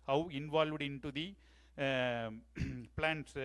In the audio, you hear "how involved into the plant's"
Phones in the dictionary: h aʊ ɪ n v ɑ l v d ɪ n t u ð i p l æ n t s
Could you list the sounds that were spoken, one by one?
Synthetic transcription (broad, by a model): h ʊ ɪ n v ɑ l v d ɪ n t u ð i p l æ n t s